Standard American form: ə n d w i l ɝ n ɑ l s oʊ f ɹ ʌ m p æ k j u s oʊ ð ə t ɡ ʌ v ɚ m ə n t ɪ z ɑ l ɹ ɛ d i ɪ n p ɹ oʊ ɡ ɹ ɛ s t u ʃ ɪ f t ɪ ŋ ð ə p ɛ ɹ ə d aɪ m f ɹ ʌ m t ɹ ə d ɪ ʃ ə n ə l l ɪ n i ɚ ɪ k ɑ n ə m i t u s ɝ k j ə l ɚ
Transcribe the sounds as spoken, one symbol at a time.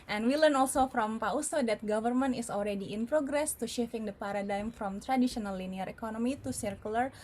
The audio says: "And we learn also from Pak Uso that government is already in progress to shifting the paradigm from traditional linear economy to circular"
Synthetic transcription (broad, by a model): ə n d w i l ɝ n ɑ l s oʊ f ɹ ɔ m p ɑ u s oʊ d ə t ɡ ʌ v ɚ m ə n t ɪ s ɑ l ɹ ɛ d i ɪ n p ɹ oʊ ɡ ɹ ɛ s t u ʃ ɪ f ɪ ŋ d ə p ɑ ɹ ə d aɪ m f ɹ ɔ m t ɹ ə d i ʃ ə n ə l l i n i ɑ ɪ k ɑ n ə m i t u s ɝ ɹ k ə l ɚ